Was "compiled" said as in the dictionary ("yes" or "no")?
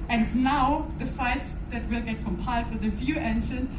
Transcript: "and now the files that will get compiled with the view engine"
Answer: yes